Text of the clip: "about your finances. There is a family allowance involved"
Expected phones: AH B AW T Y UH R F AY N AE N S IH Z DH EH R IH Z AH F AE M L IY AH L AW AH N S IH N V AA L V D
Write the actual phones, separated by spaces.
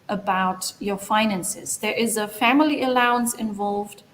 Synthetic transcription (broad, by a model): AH B AW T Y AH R F AY N AE N S IH Z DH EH R IH Z AH F AE M L IY AH L AW AH N S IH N V AA L V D